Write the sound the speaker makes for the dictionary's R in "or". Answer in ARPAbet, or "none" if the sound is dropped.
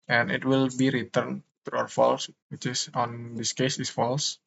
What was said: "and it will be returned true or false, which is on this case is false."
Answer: W